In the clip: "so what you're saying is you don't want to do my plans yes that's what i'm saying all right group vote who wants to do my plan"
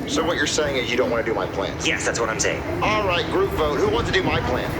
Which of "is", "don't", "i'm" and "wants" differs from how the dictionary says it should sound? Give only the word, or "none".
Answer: none